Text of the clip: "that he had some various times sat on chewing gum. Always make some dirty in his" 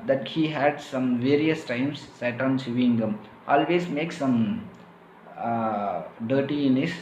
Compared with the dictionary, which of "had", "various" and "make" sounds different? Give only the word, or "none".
none